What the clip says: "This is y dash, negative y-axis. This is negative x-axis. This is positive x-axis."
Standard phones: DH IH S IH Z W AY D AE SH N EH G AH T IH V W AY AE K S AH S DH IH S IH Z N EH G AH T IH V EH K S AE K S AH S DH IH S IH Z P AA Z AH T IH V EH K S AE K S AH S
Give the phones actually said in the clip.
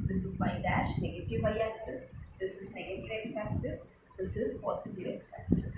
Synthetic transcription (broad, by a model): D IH S IH Z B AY D AE SH N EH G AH T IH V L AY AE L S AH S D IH S IH Z N EH G AH T IH V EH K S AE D S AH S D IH S IH Z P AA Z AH T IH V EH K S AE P S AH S